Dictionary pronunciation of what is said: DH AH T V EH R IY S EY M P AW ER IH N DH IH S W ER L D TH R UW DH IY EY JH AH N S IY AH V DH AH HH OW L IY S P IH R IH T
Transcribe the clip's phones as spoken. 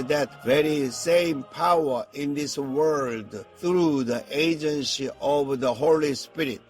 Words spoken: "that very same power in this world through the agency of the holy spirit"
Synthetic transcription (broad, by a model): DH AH T V EH R IY S EY M P AW ER IH N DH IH S W ER L D TH R UW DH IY EY JH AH N S IY AH V DH AH HH OW L IY S P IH R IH T